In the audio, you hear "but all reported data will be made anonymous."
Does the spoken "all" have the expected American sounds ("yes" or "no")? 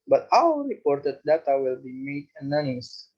no